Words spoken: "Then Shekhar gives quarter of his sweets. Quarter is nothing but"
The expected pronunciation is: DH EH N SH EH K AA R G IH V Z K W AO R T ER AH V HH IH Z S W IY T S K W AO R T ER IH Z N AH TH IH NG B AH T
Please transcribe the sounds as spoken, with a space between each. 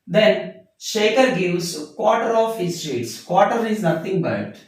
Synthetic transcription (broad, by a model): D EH N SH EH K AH R G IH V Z K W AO T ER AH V HH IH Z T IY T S K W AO T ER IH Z N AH T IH NG B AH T